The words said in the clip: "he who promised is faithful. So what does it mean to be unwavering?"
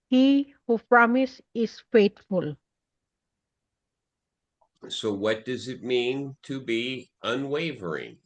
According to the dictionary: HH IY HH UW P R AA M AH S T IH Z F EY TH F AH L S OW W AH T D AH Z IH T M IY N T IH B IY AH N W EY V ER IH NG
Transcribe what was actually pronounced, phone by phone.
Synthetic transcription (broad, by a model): HH IY HH UW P R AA M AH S IH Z F EY T F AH L S OW W AH T D AH Z IH T M IY N T IH B IY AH N W EY V ER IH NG